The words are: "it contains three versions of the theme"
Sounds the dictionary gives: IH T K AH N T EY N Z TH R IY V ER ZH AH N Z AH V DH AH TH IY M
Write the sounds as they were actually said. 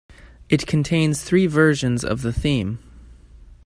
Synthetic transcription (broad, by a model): IH T K N T EY N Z TH R IY V ER ZH AH N Z AH V DH AH TH IY M